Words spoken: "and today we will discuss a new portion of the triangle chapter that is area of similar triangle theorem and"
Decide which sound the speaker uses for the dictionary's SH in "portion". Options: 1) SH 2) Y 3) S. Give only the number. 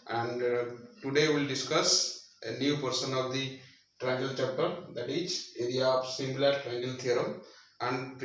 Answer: 3